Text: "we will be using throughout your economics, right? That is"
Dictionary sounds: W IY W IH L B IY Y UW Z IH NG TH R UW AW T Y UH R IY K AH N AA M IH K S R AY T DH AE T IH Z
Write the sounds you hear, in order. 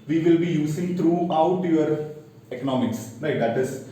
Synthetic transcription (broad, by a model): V IY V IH L B IY Y UW S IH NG T R UW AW T Y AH R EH K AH N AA M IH K S R AY T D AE T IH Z